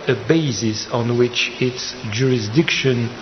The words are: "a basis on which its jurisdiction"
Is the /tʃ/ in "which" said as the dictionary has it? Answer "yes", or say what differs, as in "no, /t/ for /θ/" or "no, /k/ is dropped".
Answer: yes